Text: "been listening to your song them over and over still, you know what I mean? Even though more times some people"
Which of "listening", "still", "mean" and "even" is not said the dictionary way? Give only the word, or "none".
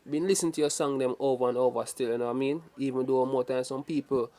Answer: listening